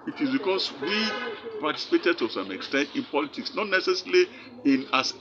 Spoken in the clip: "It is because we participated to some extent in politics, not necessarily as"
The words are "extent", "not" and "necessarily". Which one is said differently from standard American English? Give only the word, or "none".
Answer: necessarily